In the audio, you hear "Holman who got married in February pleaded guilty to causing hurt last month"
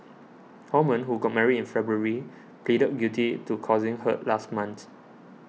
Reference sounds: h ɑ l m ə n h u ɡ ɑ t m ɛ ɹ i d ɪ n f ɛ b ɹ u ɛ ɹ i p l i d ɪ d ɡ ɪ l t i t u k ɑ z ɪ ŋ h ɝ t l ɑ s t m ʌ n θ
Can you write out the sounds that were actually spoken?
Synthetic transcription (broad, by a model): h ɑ m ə n h u ɡ ɑ t m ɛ ɹ i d ɪ n f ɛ b ɹ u ɹ i p l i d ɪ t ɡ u t i t u k ɑ z ɪ ŋ h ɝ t l ɑ s t m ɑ n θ